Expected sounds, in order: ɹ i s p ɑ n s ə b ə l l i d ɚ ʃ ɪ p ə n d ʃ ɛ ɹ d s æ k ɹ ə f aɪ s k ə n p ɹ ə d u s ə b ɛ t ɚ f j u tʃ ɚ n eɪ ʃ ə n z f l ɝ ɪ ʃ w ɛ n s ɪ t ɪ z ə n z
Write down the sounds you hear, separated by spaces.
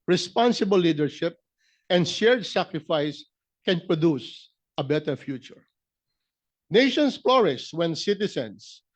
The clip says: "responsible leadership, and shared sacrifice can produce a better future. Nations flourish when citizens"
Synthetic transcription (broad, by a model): ɹ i s p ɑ n s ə b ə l l i d ɚ ʃ ɪ p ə n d ʃ ɛ ɹ d s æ k ɹ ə f aɪ s k ə n p ɹ ə d u s ə b ɛ t ɚ f j u tʃ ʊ n eɪ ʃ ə n s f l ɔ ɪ s w ɛ n s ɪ t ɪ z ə n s